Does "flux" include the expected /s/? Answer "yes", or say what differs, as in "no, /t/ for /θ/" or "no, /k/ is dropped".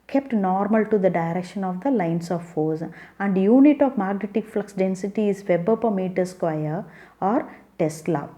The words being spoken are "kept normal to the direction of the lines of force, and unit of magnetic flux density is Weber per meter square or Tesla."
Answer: yes